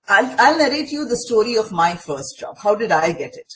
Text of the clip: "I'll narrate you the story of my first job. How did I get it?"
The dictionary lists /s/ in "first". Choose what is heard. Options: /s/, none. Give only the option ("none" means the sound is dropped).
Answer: /s/